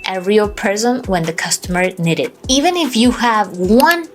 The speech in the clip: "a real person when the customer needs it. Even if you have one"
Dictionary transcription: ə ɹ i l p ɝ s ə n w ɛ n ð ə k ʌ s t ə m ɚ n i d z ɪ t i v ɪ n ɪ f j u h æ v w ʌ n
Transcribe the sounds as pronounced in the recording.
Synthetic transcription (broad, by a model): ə ɹ i l p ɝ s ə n w ɛ n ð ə k ʌ s t ə m ɚ n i d ɪ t i v ɪ n ɪ f j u h æ v w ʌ n